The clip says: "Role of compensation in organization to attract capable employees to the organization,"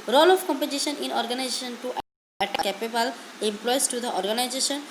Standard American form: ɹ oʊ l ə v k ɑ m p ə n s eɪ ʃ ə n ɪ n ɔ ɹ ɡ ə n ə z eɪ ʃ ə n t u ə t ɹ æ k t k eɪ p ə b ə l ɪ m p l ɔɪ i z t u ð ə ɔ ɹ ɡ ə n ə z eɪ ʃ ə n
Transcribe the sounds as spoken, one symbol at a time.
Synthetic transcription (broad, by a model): ɹ oʊ l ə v k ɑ m p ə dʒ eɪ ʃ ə n ɪ n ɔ ɹ ɡ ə n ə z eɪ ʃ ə n t u t æ t k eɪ p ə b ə l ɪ m p l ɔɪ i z t u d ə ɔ ɹ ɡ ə n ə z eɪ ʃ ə n